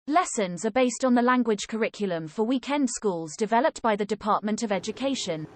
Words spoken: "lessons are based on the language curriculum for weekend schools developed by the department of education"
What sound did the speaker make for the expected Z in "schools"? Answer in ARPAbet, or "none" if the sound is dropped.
Z